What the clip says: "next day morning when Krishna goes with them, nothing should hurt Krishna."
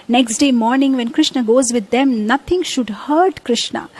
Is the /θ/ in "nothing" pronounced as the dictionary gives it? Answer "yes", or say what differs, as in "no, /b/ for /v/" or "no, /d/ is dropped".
no, /t/ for /θ/